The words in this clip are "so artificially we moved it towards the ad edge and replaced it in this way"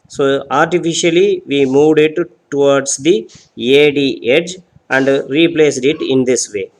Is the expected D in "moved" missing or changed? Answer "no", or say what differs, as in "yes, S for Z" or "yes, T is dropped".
no